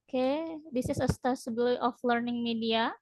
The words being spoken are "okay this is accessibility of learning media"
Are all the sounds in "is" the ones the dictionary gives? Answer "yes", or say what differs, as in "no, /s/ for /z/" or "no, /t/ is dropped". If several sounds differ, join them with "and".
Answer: no, /s/ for /z/